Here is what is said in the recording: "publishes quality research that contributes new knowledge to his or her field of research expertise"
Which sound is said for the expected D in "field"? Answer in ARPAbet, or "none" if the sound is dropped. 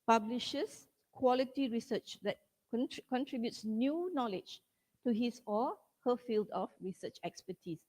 D